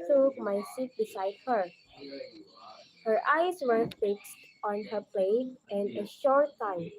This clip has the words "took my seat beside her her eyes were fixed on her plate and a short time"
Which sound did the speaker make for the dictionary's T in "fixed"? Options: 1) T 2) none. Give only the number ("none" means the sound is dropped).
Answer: 1